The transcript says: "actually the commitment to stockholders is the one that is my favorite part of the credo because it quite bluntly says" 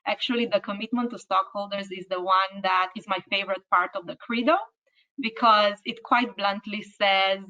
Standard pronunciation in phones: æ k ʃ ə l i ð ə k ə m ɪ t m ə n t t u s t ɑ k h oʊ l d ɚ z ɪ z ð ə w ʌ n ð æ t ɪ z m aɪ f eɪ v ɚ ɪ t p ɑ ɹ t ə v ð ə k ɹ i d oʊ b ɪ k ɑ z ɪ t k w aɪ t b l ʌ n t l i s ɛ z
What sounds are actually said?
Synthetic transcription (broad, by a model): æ k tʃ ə l i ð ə k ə m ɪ t m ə n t t u s t ɑ k h oʊ l d ɚ z ɪ z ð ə w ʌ n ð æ t ɪ z m aɪ f eɪ v ɚ ɪ t p ɑ ɹ t ə v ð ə k ɹ i d oʊ b ɪ k ɑ z ɪ t k w aɪ t b l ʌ n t l i s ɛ z